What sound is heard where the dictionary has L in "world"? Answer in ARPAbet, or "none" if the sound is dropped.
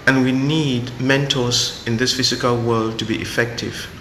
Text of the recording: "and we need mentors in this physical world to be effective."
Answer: L